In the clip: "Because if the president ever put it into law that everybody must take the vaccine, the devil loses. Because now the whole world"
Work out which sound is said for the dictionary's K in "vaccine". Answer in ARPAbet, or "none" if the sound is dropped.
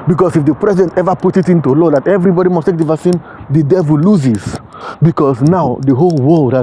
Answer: none